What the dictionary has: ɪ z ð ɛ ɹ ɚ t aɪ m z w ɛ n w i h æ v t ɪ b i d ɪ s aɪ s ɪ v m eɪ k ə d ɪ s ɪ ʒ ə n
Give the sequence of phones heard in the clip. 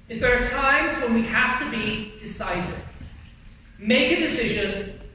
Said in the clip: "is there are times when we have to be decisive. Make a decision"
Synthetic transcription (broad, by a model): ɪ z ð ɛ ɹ ɚ t aɪ m z w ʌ n w i h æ f t ɪ b i d ɪ s aɪ s ɪ v m eɪ k ə d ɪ s ɪ ʒ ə n